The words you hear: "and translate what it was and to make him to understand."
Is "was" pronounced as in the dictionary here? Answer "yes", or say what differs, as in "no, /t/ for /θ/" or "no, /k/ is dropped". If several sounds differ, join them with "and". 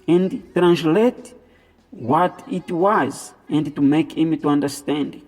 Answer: yes